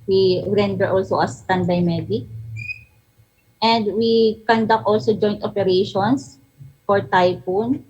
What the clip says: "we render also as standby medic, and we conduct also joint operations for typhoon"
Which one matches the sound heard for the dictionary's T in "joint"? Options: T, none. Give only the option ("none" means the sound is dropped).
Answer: T